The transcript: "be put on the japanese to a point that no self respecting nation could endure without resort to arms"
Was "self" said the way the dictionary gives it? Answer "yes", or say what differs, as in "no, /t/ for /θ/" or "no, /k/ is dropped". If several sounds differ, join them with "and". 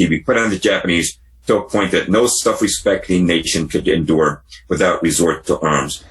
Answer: no, /l/ is dropped